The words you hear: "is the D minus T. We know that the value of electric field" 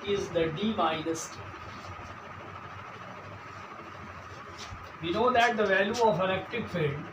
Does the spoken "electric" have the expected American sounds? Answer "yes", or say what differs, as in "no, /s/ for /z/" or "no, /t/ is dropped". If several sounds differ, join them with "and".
no, /n/ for /l/ and /ɹ/ is dropped